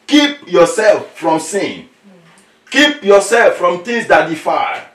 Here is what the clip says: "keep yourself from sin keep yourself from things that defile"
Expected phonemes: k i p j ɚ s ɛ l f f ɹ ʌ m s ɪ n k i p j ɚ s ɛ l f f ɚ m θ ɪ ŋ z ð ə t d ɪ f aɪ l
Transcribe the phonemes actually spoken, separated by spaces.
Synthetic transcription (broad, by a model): k i p j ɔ s ɛ l f f ɹ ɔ m s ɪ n k i p j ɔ s ɛ l f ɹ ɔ m t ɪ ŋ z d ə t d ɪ f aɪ